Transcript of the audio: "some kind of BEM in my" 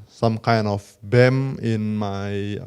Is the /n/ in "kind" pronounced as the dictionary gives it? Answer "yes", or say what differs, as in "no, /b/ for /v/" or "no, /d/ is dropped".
yes